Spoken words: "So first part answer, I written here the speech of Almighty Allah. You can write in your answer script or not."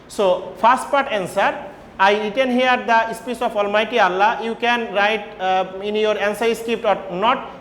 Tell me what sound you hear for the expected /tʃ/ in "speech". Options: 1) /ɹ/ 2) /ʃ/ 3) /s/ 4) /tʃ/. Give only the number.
3